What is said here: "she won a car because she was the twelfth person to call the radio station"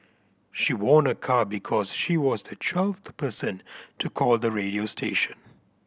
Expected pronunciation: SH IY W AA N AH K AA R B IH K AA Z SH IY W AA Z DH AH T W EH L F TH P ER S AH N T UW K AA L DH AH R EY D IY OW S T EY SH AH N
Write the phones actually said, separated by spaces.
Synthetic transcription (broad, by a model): SH IY W AA N AH K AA B IH K AA Z SH IY W AA Z DH AH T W EH L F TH P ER S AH N T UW K AA L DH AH R EY D IY OW S T EY SH AH N